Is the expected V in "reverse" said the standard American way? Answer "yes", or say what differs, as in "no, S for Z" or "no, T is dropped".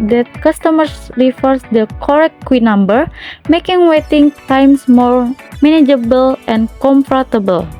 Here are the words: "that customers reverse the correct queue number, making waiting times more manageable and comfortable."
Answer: no, F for V